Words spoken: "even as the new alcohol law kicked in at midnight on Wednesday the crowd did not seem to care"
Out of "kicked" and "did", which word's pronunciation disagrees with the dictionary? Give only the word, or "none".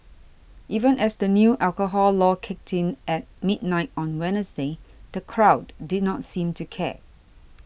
none